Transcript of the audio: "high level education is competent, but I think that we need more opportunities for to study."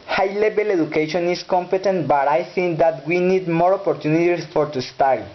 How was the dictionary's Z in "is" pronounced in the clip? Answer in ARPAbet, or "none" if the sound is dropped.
S